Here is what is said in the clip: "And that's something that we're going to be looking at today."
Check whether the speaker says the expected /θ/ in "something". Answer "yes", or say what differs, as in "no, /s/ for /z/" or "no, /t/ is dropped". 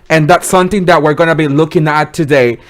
yes